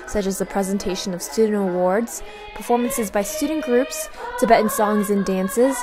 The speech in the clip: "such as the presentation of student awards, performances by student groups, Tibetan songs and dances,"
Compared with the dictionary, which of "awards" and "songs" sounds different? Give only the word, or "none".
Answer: none